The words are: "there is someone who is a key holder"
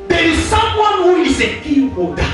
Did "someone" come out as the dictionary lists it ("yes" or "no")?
yes